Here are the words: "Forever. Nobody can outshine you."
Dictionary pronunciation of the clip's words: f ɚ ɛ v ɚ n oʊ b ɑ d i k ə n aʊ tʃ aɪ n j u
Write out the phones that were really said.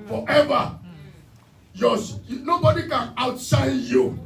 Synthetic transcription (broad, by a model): f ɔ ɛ v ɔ n oʊ b ɑ d i k ə n aʊ s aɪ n j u